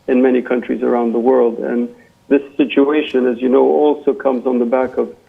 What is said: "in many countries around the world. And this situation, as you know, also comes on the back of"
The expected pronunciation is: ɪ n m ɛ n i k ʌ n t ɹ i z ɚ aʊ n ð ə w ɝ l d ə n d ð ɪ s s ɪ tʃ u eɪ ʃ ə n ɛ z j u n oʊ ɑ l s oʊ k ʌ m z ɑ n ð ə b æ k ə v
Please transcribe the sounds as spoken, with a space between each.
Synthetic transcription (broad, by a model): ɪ n m ɛ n i k ʌ n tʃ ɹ i z ɚ aʊ n ð ə w ɝ l d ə n ð ɪ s s ɪ tʃ u eɪ ʃ ə n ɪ z j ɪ n oʊ ɑ l s oʊ k ʌ m z n ð ə b æ k ə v